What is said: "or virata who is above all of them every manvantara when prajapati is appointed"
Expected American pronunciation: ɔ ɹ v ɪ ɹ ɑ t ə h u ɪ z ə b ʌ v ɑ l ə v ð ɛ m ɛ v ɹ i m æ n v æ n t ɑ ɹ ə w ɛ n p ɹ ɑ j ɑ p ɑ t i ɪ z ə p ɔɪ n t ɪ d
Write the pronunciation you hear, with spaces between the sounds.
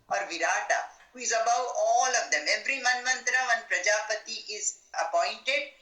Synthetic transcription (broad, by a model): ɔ ɹ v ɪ ɹ ɑ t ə h u ɪ z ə b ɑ w ɑ l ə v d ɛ m ɛ v ɹ i m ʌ n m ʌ n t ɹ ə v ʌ n p ɹ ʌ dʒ ɑ p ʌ t i ɪ z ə p ɔɪ n t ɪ d